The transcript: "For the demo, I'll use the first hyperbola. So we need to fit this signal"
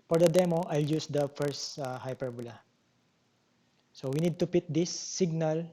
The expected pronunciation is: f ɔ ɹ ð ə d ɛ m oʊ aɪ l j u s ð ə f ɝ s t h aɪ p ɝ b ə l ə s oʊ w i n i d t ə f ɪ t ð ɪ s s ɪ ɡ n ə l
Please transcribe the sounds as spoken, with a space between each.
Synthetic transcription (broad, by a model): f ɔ ɹ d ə d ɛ m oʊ aɪ l j u s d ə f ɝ s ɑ h aɪ p ɝ b ə l ə s oʊ w i n i d t ə p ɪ t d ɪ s s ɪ ɡ n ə l